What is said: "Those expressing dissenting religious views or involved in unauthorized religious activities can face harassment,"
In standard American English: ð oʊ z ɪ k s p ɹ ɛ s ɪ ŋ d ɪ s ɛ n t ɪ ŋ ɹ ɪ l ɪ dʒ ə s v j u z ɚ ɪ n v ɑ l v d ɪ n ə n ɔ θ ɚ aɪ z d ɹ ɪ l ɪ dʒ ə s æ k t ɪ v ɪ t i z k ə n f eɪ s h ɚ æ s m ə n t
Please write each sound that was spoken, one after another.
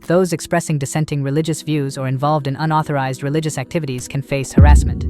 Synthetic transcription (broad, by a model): ð oʊ z ɪ k s p ɹ ɛ s ɪ ŋ d ɪ s ɛ n t ɪ ŋ ɹ ɪ l ɪ dʒ ə s v j u z ɚ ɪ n v ɑ l v d ɪ n ə n ɔ θ ɚ aɪ z d ɹ ɪ l ɪ dʒ ə s æ k t ɪ v ɪ t i z k ə n f eɪ s h ɚ æ s m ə n t